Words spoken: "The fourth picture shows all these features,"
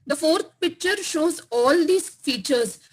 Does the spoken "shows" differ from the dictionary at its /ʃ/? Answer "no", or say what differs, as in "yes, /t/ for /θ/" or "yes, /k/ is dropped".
no